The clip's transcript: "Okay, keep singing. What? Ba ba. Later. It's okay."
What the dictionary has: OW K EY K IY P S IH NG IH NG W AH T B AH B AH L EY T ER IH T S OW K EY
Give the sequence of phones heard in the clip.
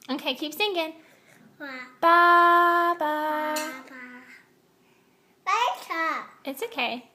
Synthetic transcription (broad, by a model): OW K EY K IY P TH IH NG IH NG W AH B B AH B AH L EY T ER IH T S OW K EY